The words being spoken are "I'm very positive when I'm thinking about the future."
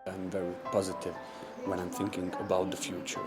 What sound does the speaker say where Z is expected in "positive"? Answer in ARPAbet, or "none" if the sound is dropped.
Z